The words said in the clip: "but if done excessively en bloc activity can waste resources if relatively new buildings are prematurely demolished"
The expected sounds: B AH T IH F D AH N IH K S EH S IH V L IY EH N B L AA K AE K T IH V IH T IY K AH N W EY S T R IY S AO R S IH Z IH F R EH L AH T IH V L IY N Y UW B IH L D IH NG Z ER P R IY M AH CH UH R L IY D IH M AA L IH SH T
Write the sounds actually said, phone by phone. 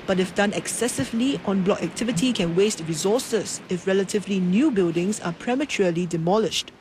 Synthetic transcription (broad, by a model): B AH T IH F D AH N IH K S EH S IH V L IY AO N B L AA K AE K T IH V IH T IY K AH N W EY S T R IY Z AO S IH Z IH F R EH L AH T IH V L IY N Y UW B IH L D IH NG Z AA P R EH M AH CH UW L IY D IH M AA L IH SH T